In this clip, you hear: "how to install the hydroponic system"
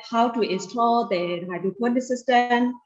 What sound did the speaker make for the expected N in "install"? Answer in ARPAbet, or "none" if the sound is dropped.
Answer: none